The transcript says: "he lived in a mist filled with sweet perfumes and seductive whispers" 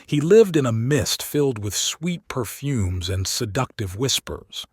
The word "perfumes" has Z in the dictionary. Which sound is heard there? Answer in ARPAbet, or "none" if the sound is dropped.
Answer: Z